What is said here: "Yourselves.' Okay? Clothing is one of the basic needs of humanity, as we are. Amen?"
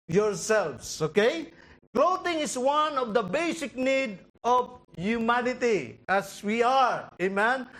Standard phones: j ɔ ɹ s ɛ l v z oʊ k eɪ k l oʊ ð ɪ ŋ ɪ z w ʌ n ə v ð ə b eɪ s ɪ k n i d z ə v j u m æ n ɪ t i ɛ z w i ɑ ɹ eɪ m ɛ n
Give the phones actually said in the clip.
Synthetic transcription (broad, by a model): j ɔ ɹ s ɛ l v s oʊ k eɪ k l oʊ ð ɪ ŋ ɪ s w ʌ n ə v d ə b eɪ s ɪ k n i d ə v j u m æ n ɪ t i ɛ s w i ɑ ɹ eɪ m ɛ n